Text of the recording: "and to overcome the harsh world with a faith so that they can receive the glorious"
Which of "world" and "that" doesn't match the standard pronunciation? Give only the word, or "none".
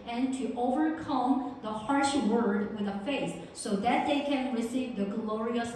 world